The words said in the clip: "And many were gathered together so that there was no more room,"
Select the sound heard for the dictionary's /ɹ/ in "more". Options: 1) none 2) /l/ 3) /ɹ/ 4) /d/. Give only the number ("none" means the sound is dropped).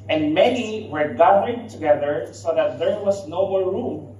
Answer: 2